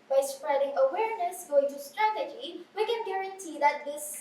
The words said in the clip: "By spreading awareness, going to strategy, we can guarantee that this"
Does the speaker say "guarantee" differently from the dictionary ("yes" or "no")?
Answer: no